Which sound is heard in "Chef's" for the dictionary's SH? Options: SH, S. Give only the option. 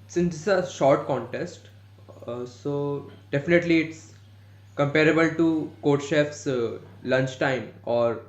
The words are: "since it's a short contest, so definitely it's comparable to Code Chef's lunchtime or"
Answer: SH